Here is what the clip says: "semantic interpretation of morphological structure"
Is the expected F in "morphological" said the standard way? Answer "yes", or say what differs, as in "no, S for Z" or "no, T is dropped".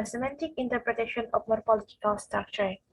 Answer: no, P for F